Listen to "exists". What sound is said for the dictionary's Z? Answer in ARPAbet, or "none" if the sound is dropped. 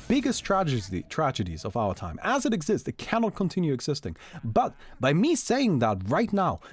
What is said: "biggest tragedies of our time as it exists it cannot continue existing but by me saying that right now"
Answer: Z